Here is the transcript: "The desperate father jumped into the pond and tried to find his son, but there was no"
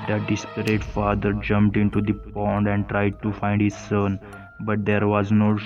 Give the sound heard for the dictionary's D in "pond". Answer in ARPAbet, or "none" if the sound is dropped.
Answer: D